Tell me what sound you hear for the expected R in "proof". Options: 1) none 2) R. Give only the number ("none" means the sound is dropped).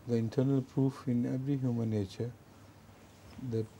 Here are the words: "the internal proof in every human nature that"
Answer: 2